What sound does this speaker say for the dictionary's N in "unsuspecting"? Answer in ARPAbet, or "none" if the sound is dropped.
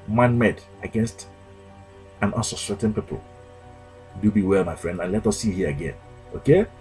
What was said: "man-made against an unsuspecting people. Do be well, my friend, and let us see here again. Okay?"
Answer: L